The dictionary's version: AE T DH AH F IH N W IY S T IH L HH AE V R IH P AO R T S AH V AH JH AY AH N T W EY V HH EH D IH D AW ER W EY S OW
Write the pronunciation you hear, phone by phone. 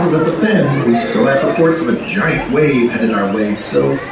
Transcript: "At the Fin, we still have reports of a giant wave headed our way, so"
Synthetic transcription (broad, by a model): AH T DH AH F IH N W IY S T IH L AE F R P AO R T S AH V AH JH AY AH N T W EY V HH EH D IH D AW ER W EY S OW